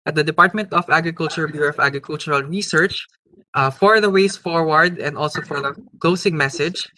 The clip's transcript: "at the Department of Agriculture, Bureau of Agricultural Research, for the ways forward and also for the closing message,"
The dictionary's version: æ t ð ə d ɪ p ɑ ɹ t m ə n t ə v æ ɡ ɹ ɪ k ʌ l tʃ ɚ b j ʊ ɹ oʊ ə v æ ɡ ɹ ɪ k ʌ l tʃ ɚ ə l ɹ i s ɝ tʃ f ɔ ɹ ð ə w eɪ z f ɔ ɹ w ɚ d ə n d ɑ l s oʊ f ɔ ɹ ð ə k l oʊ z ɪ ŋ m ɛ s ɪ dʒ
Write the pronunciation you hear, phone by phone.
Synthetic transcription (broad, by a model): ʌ t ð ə d ɪ p ɑ ɹ t m ə n t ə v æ ɡ ɹ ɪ k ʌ l tʃ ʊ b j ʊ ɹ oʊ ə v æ ɡ ɹ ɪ k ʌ l tʃ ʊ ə l ɹ i s ɝ tʃ f ɔ ɹ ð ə w eɪ s f ɔ ɹ w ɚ d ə n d ɑ l s oʊ f ɔ ɹ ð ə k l oʊ s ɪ ŋ m ɛ s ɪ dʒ